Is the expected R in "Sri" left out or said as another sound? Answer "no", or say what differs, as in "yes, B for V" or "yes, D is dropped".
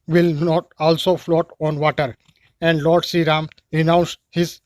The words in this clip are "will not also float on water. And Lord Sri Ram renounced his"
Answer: yes, R is dropped